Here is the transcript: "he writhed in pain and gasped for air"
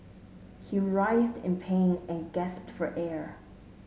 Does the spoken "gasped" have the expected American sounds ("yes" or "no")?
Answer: yes